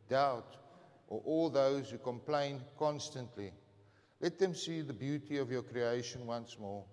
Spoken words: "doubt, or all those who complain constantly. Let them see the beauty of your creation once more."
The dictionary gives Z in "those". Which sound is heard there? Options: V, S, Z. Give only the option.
Z